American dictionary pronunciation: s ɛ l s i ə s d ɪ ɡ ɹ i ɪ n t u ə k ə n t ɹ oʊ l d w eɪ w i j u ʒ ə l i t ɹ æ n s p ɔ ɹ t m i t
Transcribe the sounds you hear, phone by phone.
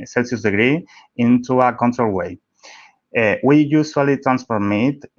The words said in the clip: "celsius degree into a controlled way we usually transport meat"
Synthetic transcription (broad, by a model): s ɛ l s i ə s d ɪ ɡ ɹ i ɪ n t u ə k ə n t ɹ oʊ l w eɪ w i j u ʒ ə l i t ɹ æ n s f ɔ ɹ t m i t